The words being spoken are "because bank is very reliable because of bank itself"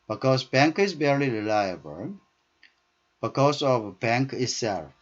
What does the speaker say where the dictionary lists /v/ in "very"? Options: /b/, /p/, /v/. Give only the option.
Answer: /b/